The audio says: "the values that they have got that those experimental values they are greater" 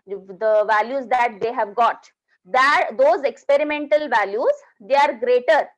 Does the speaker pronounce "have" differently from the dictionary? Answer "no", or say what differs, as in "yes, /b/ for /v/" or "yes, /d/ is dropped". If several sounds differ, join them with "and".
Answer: no